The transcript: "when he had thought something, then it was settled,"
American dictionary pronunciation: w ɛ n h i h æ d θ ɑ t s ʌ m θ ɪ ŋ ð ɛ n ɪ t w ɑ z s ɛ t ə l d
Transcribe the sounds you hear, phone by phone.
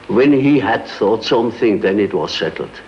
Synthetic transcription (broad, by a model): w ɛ n h i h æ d θ ɑ t s ʌ m θ ɪ ŋ ð ɛ n ɪ t w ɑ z s ɛ t l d